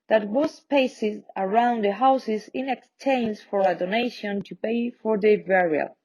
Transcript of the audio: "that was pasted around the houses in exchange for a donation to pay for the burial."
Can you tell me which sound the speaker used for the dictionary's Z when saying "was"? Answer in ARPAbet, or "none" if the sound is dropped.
S